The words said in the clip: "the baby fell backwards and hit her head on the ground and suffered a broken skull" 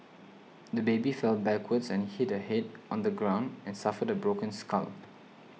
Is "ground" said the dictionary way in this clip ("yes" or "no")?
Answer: yes